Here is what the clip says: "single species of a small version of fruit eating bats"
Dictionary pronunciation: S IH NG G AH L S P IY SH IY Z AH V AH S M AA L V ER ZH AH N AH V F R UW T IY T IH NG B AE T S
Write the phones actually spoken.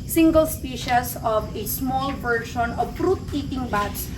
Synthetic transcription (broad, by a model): S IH NG G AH L S P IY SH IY S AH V AH S M AA L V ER SH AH N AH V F R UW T IY T IH NG B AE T S